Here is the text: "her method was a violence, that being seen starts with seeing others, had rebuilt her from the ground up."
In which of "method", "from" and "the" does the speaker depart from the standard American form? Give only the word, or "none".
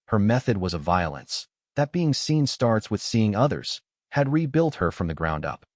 none